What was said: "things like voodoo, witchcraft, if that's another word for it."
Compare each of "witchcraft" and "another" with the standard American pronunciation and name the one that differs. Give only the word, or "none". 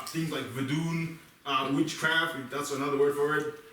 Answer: none